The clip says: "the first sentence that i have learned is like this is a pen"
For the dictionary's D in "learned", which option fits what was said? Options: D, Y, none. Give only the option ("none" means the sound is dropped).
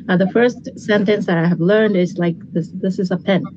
D